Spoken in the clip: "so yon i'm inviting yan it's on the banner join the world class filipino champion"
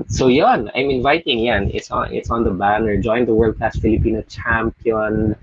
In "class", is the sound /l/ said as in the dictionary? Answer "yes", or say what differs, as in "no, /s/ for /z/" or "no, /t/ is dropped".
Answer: no, /l/ is dropped